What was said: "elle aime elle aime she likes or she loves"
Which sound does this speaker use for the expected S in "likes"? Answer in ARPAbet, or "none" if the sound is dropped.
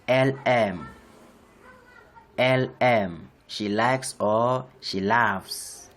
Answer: S